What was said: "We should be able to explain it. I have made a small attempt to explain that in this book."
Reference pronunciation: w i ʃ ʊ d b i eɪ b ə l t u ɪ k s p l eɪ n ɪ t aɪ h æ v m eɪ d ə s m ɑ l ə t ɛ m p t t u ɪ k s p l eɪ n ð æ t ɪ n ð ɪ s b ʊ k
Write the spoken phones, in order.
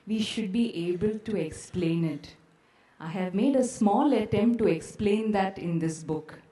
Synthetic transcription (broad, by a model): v i ʃ ʊ d b i eɪ b ə l t u ɪ k s p l eɪ n ɪ t aɪ h æ v m eɪ d ə s m ɑ l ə t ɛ m p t t u ɪ k s p l eɪ n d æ t ɪ n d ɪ s b ʊ k